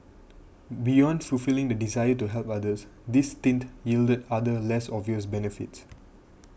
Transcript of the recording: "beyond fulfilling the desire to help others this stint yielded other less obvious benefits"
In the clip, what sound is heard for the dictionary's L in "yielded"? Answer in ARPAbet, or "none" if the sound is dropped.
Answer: L